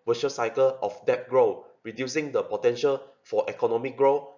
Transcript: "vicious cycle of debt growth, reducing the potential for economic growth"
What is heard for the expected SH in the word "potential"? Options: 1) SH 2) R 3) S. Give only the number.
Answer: 1